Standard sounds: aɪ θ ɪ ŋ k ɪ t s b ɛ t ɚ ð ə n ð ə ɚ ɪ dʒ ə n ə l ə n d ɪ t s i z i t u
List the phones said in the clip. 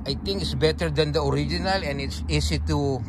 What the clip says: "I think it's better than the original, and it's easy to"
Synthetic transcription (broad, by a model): aɪ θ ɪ ŋ k ɪ t s b ɛ t ɚ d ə n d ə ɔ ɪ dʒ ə n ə l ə n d ɪ t s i s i t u